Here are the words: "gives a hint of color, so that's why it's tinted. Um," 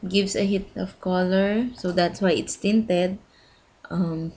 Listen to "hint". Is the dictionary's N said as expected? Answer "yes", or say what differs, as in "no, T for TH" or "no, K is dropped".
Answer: no, N is dropped